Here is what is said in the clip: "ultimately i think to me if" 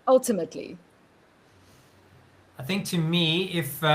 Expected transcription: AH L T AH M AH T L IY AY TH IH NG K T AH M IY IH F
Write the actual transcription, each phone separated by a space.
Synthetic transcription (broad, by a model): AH L T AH M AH T L IY AY TH IH NG K T AH M IY IH F